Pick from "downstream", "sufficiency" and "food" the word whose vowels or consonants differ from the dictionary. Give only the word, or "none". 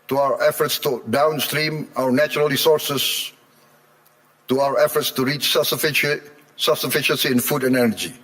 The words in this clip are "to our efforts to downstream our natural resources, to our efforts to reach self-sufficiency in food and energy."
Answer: none